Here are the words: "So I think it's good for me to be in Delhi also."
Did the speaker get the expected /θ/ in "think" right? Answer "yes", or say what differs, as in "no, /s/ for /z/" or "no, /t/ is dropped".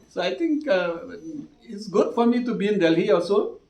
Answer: no, /t/ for /θ/